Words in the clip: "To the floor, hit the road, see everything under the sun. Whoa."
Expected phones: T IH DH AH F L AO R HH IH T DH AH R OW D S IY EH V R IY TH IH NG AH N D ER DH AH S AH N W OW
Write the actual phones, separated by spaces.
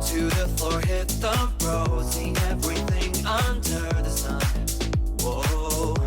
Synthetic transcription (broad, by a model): T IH DH AH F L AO R HH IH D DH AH R OW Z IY EH V R IY TH IH NG AH N D ER DH AH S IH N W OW